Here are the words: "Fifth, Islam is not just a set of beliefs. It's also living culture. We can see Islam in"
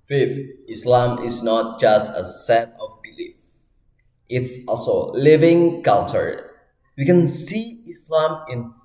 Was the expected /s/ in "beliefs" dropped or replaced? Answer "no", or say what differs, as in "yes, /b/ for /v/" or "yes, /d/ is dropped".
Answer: yes, /s/ is dropped